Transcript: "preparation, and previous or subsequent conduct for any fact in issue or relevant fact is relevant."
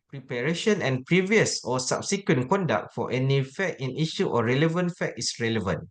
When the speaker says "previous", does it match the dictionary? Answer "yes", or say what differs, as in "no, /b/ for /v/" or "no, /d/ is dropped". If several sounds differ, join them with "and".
yes